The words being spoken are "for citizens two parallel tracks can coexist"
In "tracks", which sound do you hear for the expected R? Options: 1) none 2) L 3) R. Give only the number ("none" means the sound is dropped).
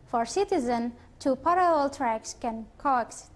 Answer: 3